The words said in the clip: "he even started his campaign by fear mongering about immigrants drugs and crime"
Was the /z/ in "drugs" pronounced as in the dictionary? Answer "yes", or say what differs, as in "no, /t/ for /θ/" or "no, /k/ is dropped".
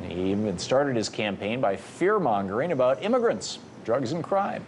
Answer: yes